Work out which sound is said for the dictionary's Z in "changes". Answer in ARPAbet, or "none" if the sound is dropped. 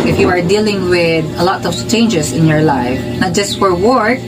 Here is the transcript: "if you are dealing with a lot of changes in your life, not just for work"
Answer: S